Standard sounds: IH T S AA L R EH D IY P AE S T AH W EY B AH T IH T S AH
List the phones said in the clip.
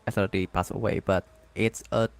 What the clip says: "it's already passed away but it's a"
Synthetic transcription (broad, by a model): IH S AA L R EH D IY P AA S AH W EY B AH T IH T S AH